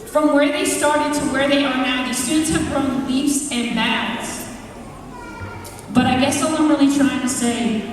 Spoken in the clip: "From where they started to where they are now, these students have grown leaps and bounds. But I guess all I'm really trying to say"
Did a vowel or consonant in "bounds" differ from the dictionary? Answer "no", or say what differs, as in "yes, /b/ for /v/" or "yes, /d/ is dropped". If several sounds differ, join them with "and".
yes, /n/ is dropped